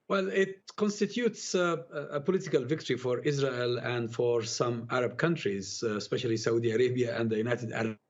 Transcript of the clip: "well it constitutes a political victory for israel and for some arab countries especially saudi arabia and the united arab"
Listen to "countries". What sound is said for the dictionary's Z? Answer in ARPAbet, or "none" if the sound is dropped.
Z